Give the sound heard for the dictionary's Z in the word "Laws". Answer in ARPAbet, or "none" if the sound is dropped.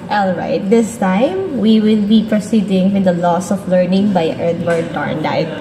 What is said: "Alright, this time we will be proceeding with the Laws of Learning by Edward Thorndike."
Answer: S